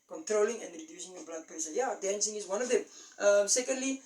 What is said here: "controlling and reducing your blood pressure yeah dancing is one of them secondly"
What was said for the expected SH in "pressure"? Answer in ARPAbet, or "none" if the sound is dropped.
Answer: S